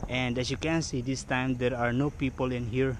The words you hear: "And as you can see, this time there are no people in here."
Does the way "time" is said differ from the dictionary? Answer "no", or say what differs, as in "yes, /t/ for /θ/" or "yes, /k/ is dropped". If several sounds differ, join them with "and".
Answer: no